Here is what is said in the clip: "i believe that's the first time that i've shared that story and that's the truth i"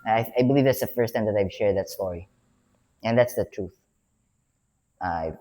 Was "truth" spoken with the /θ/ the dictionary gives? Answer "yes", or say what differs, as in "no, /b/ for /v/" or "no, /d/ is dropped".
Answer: yes